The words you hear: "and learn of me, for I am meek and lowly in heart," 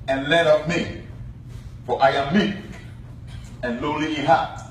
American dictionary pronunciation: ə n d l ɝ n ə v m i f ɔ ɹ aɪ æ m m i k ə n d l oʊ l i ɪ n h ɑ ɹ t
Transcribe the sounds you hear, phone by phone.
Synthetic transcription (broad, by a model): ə n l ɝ ə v m i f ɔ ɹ aɪ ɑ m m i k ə n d l oʊ l i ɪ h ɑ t